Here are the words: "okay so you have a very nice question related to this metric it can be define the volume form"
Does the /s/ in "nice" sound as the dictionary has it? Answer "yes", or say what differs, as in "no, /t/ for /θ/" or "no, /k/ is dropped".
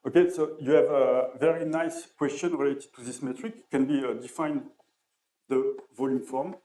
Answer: yes